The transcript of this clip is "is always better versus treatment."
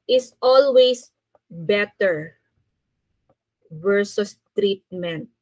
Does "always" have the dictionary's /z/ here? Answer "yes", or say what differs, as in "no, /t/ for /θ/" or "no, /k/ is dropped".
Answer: no, /s/ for /z/